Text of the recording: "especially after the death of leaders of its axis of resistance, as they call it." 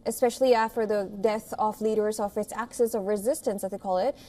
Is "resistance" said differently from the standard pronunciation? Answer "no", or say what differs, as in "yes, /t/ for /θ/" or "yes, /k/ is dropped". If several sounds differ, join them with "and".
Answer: no